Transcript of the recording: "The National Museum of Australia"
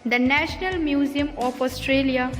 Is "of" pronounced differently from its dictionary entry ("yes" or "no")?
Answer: yes